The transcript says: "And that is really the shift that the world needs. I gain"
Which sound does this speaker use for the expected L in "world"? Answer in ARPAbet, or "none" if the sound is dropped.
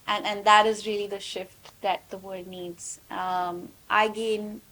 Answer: none